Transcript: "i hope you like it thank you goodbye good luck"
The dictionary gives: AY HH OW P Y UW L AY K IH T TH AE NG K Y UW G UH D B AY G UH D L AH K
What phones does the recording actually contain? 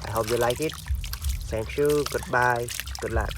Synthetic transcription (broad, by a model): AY HH OW P Y UW L AY K IH T S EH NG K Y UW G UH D B AY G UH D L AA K